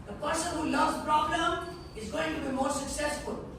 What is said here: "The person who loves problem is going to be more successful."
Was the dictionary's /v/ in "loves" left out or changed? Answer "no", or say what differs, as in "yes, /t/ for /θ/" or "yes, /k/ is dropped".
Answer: yes, /v/ is dropped